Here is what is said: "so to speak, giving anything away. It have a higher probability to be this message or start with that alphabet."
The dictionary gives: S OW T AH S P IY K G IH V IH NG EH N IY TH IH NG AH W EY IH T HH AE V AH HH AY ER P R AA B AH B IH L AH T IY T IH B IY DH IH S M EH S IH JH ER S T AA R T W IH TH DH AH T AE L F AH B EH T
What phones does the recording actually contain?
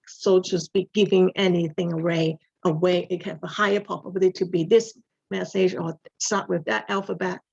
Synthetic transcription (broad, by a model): S OW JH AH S B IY G IH V IH NG EH N IY TH IH NG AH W EY IH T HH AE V AH HH AY ER P AA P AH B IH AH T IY T IH B IY DH IH S M EH S IH JH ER S T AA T W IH DH AH T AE L F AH B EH T